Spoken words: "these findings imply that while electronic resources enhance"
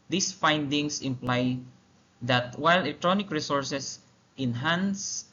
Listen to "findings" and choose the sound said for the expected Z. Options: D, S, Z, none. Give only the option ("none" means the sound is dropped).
S